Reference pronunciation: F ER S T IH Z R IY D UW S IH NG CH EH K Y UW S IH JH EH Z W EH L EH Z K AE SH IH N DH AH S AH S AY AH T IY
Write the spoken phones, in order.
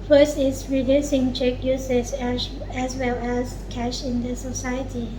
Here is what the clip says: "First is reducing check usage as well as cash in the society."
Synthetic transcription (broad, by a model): F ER S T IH S R IY D UW S IH NG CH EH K Y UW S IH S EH S W EH L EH S K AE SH IH N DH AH S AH S AY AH T IY